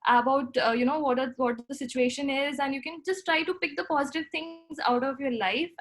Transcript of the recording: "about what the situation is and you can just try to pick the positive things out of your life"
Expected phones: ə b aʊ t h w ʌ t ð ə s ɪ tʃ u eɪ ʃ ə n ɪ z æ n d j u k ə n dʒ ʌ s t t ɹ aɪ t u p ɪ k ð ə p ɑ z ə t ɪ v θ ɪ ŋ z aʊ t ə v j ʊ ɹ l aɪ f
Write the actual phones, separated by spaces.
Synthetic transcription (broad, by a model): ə b aʊ t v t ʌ t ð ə s ɪ tʃ u eɪ ʃ ə n ɪ z æ n d j u k ə n dʒ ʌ s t t ɹ aɪ t u p ɪ k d ə p ɑ z ə t ɪ v t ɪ ŋ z aʊ t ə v j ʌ ɹ l aɪ f